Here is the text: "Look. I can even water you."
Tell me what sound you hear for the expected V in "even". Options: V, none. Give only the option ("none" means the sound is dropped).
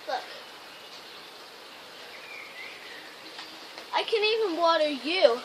V